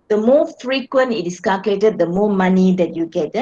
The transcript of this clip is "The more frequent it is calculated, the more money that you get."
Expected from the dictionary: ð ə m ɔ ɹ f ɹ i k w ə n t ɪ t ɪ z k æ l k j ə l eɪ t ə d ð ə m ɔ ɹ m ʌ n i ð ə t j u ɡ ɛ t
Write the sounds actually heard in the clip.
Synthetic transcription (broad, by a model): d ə m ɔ f ɹ i k w ə n t ɪ t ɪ s k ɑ l k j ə l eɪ t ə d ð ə m ɔ m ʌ n i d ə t j u ɡ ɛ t